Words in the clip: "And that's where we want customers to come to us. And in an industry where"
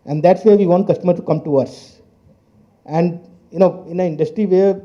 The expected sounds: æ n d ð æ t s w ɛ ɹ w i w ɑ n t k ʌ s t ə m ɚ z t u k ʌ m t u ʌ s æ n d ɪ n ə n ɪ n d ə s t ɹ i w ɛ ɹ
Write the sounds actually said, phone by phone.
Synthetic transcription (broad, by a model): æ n d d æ t s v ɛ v i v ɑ n t k ʌ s t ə m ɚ t u k ʌ m t u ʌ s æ n d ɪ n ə n ɪ n d ə s t ɹ i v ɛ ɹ